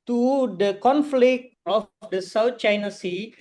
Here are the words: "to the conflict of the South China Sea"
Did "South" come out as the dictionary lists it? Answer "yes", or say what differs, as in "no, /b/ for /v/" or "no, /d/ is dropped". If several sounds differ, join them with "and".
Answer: no, /t/ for /θ/